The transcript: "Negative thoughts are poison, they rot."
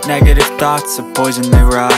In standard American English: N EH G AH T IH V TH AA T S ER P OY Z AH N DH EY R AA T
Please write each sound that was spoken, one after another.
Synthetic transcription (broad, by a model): N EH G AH T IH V TH AA T S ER P OY Z AH N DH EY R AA